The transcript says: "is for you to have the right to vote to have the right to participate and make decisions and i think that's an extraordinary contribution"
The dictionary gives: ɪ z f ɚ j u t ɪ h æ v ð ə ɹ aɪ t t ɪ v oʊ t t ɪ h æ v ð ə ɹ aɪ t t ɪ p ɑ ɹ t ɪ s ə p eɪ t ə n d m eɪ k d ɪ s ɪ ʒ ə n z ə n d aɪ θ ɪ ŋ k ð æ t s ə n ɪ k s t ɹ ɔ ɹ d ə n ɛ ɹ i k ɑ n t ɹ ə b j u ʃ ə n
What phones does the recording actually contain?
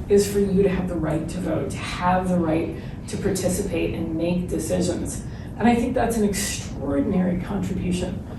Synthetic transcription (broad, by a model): ɪ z f ɚ j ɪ t ɪ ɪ v ð ə ɹ aɪ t t ɪ v oʊ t t ɪ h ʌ v ð ə ɹ aɪ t t ɪ p ɑ ɹ t ɪ s ə p eɪ t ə n m eɪ k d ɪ s ɪ ʒ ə n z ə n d aɪ θ ɪ ŋ k ð æ t s n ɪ k s t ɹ ɔ ɹ d n ɛ ɹ i k ɑ n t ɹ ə b j u ʃ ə n